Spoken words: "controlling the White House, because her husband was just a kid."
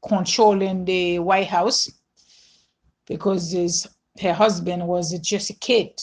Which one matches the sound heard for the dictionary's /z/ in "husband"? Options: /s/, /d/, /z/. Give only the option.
/z/